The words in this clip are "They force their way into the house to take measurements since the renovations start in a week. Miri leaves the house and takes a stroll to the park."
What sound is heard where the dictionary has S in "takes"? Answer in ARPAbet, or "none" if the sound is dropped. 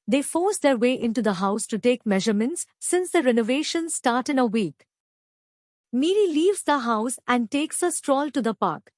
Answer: S